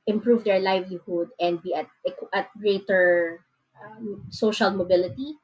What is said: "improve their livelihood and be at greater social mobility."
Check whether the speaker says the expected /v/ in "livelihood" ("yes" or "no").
yes